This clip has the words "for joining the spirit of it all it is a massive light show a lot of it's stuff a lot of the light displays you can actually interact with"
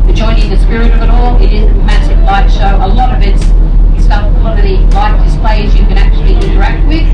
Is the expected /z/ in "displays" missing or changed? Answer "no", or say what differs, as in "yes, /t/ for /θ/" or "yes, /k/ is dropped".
no